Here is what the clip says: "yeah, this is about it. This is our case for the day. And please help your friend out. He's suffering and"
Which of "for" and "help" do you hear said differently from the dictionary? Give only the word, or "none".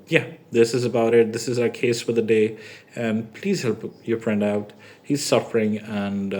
none